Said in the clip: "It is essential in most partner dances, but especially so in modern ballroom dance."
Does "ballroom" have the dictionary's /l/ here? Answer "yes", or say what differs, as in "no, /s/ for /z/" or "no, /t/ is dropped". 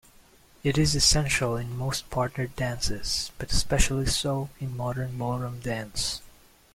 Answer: no, /l/ is dropped